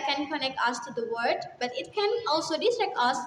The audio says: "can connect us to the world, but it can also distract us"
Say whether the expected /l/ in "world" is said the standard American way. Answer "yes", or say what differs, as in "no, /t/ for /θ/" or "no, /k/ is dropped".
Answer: no, /l/ is dropped